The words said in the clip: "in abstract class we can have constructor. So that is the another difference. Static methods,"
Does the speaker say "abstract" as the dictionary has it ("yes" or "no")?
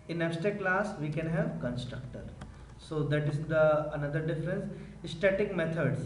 no